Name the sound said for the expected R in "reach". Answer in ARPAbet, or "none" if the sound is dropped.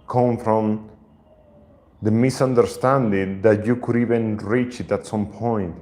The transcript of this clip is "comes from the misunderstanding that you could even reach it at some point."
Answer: R